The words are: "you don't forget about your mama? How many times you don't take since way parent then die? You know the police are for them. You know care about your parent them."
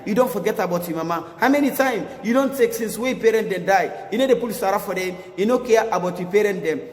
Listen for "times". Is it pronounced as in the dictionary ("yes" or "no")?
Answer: no